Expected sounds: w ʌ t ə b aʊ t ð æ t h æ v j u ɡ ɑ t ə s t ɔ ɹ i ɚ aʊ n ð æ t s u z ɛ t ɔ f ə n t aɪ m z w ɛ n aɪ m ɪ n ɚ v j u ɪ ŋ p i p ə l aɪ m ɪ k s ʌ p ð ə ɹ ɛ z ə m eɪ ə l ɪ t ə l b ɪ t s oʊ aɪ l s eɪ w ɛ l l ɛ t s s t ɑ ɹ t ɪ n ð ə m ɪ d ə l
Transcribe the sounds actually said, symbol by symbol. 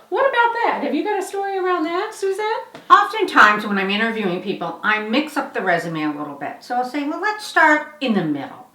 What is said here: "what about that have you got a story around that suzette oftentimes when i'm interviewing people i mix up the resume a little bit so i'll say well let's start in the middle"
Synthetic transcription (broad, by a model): w ʌ t ə b aʊ t ð æ t h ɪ v j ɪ ɡ ɑ t ə s t ɔ ɹ i ɚ aʊ n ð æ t s u z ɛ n ɔ f ə n t aɪ m z w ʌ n aɪ m ɪ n ɚ v j u ɪ ŋ p i p l aɪ m ɪ k s ʌ p ð ə ɹ ɛ z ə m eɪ ə l ɪ t l b ɪ t s oʊ aɪ l s eɪ w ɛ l l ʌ t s s t ɑ ɹ t ɪ n ð ə m ɪ d l